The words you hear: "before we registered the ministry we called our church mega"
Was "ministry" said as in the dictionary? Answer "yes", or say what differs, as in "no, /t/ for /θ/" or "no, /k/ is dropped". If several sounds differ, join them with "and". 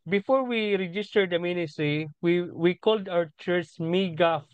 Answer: no, /w/ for /ɹ/